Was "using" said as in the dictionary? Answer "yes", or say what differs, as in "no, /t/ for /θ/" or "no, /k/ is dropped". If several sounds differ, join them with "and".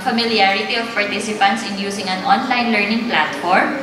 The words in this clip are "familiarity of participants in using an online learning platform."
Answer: no, /s/ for /z/